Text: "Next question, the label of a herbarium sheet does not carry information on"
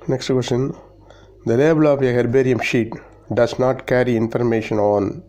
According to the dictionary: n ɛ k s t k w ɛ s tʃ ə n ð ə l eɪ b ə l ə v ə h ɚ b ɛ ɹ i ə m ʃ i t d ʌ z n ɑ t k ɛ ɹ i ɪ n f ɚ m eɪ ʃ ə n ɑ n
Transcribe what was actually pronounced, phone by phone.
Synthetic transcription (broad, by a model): n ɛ k s t k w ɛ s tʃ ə n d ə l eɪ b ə l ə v ə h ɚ b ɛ ɹ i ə m ʃ i t d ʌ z n ɑ t k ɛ ɹ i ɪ n f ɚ m eɪ ʃ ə n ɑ n